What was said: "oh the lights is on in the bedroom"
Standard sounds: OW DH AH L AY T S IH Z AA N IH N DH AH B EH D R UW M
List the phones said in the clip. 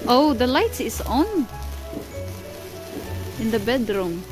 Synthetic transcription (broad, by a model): OW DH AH L AY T IH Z AA N IH N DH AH B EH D R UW M